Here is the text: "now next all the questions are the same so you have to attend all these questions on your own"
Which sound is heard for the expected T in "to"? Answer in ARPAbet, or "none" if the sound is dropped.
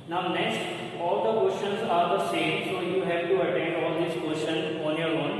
T